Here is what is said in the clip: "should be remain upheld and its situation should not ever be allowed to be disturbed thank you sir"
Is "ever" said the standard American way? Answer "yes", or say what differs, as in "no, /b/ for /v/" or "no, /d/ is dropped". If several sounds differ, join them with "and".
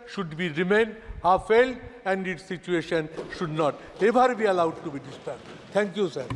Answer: no, /b/ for /v/